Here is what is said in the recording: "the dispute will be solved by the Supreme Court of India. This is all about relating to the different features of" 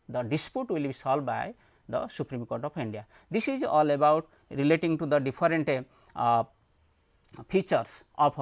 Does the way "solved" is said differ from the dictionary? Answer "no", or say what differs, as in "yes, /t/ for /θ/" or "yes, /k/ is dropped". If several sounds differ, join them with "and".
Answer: yes, /v/ is dropped